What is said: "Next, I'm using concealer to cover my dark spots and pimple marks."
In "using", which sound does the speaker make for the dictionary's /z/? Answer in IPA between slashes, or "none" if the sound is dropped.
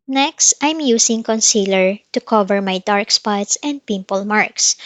/s/